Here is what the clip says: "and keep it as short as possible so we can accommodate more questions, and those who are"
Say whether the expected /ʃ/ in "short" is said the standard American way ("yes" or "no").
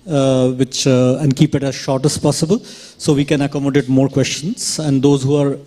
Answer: yes